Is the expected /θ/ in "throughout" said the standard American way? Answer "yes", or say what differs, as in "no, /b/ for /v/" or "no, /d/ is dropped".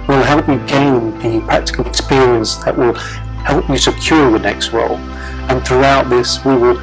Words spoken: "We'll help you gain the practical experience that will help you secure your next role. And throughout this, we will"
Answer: yes